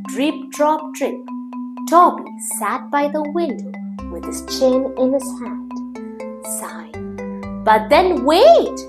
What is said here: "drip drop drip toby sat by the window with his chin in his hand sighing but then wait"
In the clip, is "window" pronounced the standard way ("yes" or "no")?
yes